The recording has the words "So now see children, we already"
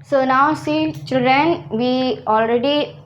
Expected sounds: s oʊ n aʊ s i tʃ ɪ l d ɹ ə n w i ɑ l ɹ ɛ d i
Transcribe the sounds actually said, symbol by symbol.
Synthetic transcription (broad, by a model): s oʊ n aʊ s i tʃ ɪ l d ɹ ə n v i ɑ l ɹ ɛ d i